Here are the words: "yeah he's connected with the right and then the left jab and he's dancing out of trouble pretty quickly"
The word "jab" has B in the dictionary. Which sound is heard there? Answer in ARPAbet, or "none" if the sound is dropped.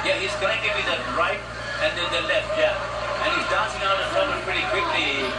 none